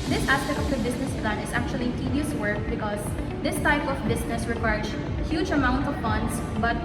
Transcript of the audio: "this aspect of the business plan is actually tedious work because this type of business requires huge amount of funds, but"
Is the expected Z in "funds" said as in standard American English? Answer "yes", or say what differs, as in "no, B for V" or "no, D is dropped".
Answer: no, S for Z